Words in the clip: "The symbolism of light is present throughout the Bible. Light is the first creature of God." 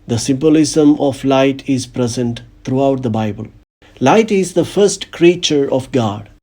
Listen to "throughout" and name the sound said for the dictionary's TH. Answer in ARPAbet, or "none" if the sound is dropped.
T